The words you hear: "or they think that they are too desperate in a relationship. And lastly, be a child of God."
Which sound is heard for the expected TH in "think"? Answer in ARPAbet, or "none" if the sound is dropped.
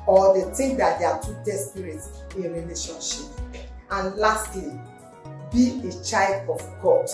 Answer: T